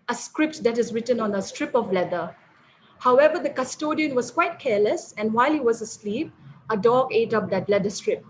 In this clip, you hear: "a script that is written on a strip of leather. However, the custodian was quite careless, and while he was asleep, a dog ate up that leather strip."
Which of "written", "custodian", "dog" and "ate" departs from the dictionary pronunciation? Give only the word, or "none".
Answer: none